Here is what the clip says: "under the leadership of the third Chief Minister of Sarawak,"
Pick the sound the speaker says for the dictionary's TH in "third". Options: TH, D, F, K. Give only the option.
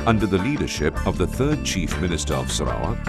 TH